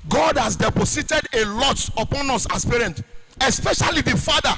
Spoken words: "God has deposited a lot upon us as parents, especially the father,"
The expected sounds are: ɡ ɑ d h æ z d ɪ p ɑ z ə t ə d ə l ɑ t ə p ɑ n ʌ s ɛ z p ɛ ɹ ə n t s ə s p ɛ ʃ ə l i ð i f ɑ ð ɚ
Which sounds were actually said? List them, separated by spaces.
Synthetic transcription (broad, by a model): ɡ ɑ d h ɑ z d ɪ p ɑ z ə t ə d ə l ɑ t ə p ɑ n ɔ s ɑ s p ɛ ɹ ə n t ə s p ɛ ʃ ə l i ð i f ɑ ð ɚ